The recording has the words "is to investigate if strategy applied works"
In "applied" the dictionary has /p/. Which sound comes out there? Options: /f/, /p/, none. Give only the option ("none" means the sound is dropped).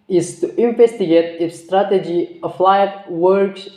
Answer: /f/